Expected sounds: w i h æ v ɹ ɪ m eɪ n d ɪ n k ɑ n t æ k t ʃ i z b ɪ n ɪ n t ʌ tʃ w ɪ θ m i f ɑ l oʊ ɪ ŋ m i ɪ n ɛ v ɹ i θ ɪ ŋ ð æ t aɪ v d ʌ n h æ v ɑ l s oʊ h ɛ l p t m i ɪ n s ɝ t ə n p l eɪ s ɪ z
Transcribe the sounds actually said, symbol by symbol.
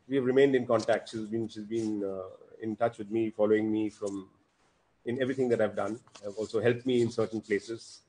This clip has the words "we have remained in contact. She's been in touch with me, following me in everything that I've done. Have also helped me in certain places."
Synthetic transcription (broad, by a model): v i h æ v ɹ ɪ m eɪ n d ɪ n k ɑ n t æ k t ʃ i z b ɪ n ɪ n t ʌ tʃ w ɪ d m i f ɑ l oʊ ɪ ŋ m i ɪ n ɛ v ɹ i t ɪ ŋ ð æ t aɪ v d ʌ n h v ɑ l s oʊ h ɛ l p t m i ɪ n s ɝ t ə n p l eɪ s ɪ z